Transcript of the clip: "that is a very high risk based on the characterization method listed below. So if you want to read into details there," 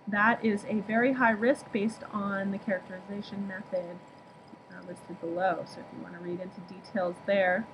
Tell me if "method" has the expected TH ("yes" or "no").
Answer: yes